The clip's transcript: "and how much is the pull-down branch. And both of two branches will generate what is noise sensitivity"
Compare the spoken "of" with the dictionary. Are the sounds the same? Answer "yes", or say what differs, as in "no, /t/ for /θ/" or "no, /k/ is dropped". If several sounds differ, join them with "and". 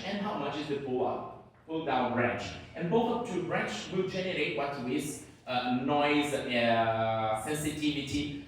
no, /p/ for /v/